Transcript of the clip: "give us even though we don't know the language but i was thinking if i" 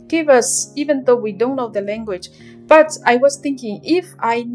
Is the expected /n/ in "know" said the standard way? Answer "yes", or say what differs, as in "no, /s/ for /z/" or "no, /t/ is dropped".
no, /l/ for /n/